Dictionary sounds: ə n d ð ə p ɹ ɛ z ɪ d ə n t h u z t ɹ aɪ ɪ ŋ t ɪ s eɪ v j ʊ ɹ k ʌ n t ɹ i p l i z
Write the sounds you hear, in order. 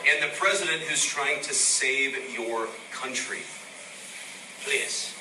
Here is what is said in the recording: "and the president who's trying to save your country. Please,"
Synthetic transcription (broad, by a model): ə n ð ə p ɹ ɛ z ɪ d ə n t h u z t ɹ aɪ ɪ ŋ t ɪ s eɪ v j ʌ ɹ k ʌ n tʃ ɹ i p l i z